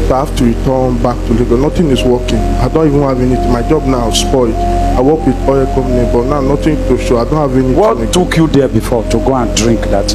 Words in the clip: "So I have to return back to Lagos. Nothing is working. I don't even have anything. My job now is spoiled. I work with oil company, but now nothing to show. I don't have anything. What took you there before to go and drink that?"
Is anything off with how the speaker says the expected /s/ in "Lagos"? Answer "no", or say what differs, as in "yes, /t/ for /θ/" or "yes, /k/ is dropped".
yes, /s/ is dropped